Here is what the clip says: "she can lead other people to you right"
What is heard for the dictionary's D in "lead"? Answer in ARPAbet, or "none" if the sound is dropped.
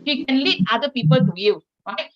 none